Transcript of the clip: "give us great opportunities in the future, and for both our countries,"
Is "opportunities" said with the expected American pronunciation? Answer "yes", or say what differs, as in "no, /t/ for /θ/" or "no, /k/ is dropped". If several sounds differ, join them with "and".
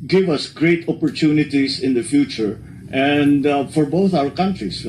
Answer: no, /s/ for /z/